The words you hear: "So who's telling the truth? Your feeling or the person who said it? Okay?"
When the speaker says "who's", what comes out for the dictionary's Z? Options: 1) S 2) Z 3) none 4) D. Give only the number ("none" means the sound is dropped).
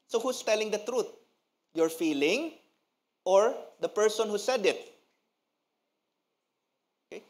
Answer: 1